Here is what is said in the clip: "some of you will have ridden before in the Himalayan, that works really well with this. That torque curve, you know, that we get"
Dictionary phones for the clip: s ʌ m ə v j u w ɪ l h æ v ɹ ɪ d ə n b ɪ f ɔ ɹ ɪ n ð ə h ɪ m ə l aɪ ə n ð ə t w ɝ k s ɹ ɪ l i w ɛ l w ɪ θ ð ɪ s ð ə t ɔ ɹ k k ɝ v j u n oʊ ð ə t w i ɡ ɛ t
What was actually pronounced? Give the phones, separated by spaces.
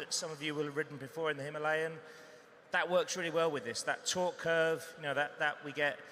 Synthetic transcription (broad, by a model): s ʌ m ə v j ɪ w ɪ l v ɹ ɪ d n b ɪ f ɔ ɹ ɪ n ð ə h ɪ m ə l aɪ ə n ð ə t w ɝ k s ɹ ɪ l i w ɛ l w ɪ ð ɪ s ð ə t ɔ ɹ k k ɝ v j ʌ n oʊ ð ə t w i ɡ ɛ t